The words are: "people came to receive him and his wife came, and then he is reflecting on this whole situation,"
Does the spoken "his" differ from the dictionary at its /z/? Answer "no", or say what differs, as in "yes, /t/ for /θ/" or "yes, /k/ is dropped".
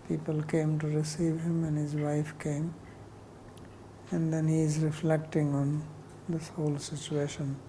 no